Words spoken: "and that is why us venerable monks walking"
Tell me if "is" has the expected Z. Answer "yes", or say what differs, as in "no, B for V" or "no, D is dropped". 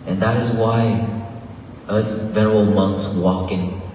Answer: yes